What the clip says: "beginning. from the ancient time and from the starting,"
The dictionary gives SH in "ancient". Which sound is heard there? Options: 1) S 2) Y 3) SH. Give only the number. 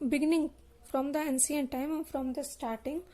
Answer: 1